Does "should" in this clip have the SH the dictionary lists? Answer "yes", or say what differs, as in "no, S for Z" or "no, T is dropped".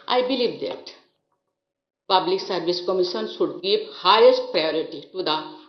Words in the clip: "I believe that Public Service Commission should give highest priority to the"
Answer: no, S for SH